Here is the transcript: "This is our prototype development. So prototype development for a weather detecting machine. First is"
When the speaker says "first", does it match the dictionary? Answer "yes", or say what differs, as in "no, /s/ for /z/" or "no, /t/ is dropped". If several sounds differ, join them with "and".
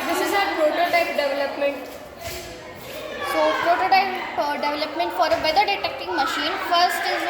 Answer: yes